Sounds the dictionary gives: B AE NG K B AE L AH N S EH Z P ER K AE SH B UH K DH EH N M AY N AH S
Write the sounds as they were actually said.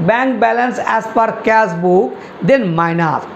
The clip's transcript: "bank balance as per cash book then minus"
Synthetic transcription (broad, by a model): B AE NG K B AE L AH N S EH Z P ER K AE S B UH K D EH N M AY N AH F